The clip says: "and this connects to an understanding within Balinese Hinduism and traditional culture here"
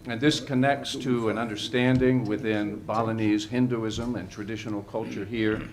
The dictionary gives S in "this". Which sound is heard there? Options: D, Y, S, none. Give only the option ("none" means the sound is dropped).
S